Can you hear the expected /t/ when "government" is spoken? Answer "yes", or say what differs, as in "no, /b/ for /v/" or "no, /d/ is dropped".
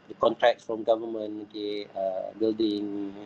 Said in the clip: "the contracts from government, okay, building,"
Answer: no, /t/ is dropped